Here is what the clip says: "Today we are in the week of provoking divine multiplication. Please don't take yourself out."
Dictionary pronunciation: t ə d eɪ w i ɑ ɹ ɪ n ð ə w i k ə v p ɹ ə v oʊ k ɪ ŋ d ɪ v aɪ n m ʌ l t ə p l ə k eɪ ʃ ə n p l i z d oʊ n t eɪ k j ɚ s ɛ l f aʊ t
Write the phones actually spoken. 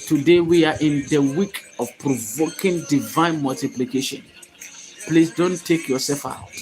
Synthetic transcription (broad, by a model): t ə d eɪ w i ɑ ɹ ɪ n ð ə w i k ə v p ɹ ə v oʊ k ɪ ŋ d ɪ v aɪ n m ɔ l t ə p l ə k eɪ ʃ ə n p l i s d oʊ n t eɪ k j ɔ s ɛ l f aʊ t